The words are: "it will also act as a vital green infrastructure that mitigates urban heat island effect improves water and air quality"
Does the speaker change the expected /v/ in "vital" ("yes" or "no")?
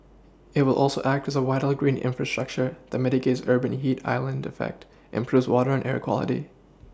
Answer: yes